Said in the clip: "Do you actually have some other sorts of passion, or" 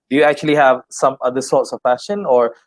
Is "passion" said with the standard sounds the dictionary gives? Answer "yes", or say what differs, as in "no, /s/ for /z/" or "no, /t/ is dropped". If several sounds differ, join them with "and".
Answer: no, /f/ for /p/